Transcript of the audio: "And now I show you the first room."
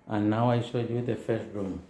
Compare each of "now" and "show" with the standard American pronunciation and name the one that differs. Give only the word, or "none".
show